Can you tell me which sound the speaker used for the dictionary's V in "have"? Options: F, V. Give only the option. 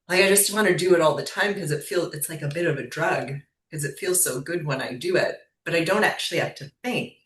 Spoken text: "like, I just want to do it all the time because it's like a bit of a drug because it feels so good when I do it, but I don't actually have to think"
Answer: F